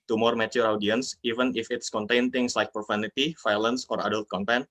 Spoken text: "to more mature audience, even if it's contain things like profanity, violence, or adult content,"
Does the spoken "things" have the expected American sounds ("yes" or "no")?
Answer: no